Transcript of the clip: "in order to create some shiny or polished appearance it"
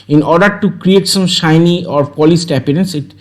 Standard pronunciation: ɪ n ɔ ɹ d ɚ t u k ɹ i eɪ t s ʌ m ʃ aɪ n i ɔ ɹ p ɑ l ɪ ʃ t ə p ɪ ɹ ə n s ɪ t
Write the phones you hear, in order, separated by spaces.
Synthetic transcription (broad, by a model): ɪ n ɔ ɹ d ɚ t u k ɹ i eɪ t s ʌ m ʃ aɪ n i ɔ ɹ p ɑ l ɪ s t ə p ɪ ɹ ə n s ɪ t